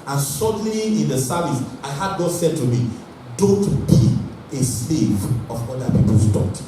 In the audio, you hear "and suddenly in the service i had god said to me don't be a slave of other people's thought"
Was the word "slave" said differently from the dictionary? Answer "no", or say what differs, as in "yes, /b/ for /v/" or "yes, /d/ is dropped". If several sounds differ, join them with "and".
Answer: no